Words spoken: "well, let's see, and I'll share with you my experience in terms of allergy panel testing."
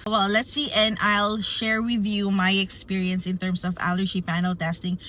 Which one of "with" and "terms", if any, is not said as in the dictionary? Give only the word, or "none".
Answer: terms